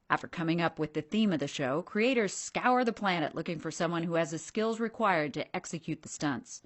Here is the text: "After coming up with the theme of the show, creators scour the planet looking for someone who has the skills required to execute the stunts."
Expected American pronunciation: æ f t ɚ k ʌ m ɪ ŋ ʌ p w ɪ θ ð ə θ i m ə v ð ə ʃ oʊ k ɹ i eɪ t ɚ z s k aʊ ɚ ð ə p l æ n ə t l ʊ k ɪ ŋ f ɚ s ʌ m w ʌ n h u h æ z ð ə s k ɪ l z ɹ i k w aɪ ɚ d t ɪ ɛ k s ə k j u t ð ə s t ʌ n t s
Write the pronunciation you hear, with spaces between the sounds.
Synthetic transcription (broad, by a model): æ f t ɚ k ʌ m ɪ ŋ ʌ p w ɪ ð ə θ i m ə v ð ə ʃ oʊ k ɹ i eɪ t ɚ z s k aʊ ɚ ð ə p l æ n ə t l ʊ k ɪ ŋ f ɚ s ʌ m w ʌ n h u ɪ z ð ə s k ɪ l z ɹ i k w aɪ ɚ d t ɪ ɛ k s ə k j u t ð ə s t ʌ n t s